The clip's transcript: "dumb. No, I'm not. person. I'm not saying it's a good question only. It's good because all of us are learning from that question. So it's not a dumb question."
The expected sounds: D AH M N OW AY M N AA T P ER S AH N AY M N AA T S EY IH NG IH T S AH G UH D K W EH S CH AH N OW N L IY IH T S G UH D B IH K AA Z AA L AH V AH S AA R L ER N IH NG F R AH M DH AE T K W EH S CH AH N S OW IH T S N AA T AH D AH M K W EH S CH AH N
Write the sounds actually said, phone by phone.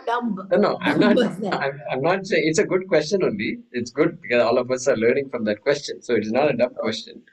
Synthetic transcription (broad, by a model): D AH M N OW AY M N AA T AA AH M AY M N AA T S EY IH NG IH T S AH G UH D K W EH S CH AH N OW N L IY IH T S G UH D B IH K AA Z AA L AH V AH S AA R L ER N IH NG F R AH M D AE T K W EH S CH AH N S OW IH T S N AA T AH D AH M K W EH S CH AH N